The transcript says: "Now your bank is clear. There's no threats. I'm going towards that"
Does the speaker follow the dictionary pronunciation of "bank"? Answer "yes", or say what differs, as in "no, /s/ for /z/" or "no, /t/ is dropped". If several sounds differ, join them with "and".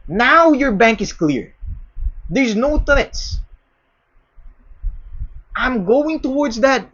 yes